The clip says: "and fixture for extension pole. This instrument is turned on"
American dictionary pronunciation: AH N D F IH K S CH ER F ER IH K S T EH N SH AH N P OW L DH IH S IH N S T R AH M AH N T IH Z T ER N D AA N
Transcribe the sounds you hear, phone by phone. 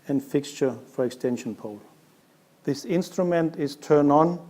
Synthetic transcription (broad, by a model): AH N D F IH K S CH ER F ER IH K S T EH N SH AH N P OW L DH IH S IH N S T R AH M AH N T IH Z T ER N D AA N